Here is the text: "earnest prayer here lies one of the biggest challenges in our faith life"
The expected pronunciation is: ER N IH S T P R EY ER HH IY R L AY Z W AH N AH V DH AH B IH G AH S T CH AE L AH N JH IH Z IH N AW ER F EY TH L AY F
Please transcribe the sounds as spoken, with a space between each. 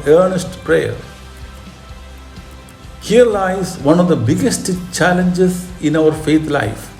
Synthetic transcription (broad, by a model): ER N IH S T P R EY ER HH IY R L AY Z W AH N AH V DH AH B IH G AH S T CH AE L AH N JH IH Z IH N AW ER F EY T L AY F